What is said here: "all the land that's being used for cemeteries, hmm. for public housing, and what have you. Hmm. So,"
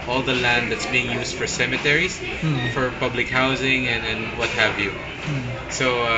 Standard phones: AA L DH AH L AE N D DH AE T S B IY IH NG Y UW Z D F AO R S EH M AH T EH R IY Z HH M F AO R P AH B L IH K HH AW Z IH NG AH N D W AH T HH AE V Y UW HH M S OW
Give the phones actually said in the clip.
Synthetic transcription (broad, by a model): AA L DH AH L AE N D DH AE T S B IY IH NG Y UW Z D F AO R S EH M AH T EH R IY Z F AO R P AH B L IH K HH AW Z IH NG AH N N W AH T HH AE V Y UW S OW